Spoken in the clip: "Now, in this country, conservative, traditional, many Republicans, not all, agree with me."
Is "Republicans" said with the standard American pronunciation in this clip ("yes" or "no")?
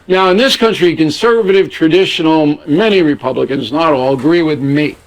yes